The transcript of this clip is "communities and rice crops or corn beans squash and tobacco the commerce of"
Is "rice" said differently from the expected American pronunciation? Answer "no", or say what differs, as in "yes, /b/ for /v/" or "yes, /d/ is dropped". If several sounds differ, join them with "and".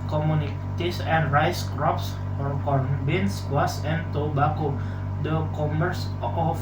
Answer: no